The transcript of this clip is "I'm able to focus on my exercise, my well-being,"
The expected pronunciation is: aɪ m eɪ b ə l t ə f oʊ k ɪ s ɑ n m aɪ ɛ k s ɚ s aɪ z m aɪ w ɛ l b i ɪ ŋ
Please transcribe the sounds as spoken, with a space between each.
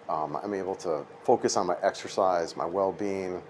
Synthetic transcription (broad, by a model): aɪ m eɪ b l t ə f oʊ k ɪ s n m aɪ ɛ k s ɚ s aɪ z m aɪ w ɛ l b i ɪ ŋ